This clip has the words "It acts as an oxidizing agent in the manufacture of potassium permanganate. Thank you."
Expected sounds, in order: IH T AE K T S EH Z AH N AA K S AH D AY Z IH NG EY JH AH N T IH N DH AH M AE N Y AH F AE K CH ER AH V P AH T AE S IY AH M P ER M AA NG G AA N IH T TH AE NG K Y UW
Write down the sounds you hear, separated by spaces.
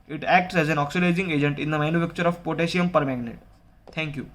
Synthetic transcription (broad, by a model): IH T AE K T S EH Z AH N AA K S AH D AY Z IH NG EY JH AH N T IH N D AH M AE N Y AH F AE K CH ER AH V P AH T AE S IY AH M P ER M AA G N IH T T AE NG K Y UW